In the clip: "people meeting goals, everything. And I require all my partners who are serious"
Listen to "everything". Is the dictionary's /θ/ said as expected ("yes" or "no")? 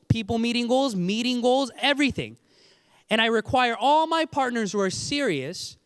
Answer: yes